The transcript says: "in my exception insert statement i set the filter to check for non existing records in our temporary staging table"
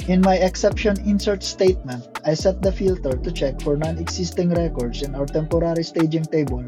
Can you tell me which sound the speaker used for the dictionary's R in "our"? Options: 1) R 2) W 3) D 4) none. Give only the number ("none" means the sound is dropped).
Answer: 2